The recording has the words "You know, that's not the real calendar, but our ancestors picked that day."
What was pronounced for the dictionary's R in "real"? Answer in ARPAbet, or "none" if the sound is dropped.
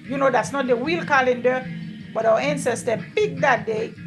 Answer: W